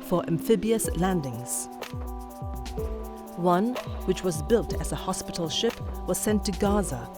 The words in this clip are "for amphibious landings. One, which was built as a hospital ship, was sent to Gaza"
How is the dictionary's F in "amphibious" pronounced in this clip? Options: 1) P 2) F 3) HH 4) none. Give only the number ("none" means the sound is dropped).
2